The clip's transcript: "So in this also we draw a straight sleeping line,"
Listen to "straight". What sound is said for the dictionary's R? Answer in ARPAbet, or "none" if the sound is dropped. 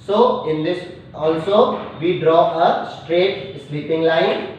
R